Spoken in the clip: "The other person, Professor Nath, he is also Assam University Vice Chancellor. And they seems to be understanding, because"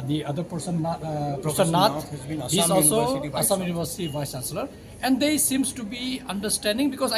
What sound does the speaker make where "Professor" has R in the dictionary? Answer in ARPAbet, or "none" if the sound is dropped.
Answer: none